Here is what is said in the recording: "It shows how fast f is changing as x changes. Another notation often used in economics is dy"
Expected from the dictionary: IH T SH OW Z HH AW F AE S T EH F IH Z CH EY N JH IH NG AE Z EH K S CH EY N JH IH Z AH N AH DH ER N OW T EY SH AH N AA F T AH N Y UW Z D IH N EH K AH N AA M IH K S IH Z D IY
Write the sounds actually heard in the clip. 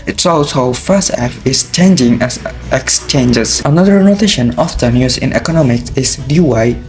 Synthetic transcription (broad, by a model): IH T S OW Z HH AW F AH S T EH F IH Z CH EY N JH IH NG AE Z EH K S CH EY N JH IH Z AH N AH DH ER N OW T EY SH AH N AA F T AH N Y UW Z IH N EH K AH N AA M IH K S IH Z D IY